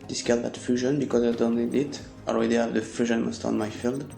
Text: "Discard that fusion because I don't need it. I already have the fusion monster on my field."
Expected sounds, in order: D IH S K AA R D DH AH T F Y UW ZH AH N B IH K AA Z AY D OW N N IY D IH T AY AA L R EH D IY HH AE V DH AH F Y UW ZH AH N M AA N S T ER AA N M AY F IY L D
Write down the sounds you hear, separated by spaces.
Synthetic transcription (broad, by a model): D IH S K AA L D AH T F Y UW ZH AH N B IH K AA Z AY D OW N N IY D IH T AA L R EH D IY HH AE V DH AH F Y UW ZH AH N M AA S T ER AA N M AY F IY L D